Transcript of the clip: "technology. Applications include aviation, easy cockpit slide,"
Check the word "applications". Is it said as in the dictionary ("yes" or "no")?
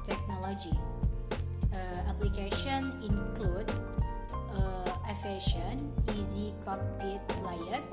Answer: no